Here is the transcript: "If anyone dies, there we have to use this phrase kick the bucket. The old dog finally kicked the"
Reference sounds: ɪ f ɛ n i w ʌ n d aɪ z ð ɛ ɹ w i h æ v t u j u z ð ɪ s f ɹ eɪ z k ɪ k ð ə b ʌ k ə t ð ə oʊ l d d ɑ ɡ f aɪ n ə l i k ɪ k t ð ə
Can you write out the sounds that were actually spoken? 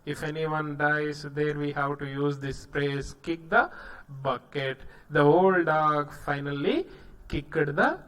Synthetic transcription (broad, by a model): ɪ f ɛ n i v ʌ n d aɪ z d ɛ ɹ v i h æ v t u j u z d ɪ s p ɹ eɪ s k ɪ k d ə b ʌ k ə t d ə oʊ l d d ɑ ɡ f aɪ n ə l i k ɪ k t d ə